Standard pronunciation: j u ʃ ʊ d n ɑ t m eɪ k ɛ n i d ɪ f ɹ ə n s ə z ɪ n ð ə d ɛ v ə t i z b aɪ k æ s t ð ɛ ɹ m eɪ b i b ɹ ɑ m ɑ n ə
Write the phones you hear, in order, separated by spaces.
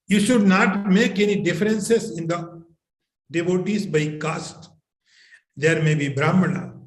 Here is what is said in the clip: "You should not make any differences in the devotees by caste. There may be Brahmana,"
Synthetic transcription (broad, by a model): j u ʃ ʊ d n ɑ t m eɪ k ɛ n i d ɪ f ɹ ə n s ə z ɪ n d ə d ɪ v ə t i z b aɪ k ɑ s t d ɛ ɹ m eɪ b i b ɹ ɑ m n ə